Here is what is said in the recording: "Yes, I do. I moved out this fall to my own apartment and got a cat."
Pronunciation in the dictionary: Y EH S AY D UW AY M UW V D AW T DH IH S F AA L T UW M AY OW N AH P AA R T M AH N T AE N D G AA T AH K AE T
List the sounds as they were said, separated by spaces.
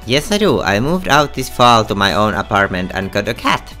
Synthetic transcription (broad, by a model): Y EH S AY D UW AY M UW V D AW T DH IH S F AA L T UW M AY OW N AH P AA R T M AH N T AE N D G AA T AH K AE T